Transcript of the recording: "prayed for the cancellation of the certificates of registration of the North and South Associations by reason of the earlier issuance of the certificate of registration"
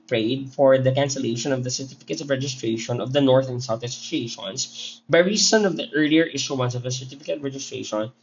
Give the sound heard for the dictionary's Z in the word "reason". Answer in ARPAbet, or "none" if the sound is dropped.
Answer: S